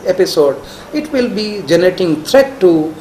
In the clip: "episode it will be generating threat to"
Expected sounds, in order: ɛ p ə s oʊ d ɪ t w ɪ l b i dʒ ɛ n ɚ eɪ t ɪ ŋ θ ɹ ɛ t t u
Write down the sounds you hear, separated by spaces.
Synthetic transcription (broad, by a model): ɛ p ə s oʊ d ɪ t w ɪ l b i dʒ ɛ n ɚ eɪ t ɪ ŋ t ɹ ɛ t t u